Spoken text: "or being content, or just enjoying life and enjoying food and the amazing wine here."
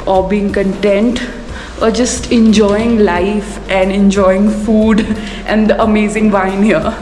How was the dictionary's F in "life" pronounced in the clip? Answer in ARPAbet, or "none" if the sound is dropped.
F